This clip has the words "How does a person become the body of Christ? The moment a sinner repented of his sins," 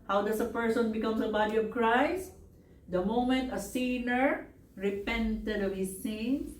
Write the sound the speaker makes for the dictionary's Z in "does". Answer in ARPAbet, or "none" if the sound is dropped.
S